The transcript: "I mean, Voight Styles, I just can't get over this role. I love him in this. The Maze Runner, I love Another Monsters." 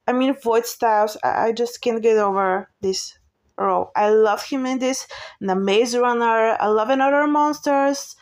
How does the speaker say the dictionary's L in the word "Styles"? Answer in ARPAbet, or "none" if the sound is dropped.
none